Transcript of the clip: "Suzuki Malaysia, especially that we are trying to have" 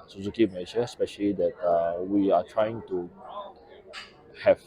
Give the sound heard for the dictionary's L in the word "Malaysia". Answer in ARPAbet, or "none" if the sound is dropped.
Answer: N